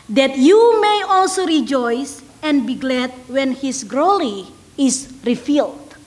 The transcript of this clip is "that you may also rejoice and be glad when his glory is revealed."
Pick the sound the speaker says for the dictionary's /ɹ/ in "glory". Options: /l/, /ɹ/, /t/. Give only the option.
/l/